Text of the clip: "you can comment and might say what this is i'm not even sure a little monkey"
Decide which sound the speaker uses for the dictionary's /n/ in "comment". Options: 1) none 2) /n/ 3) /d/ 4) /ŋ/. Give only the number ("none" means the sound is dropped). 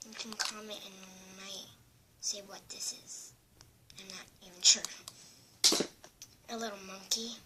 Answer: 1